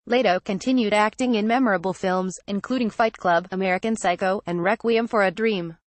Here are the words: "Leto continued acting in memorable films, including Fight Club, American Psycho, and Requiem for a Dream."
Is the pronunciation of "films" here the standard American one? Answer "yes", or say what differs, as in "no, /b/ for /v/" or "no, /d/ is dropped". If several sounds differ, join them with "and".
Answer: yes